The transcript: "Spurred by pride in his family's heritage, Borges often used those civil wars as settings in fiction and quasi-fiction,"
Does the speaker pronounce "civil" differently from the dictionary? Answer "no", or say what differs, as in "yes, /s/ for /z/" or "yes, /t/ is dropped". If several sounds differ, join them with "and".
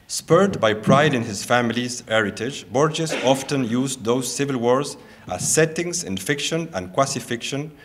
no